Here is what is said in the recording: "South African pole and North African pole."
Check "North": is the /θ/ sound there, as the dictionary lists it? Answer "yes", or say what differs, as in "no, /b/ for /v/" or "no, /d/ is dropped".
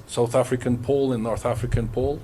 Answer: yes